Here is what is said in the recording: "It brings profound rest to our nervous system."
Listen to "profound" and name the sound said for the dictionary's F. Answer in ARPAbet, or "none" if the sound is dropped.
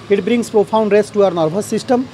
P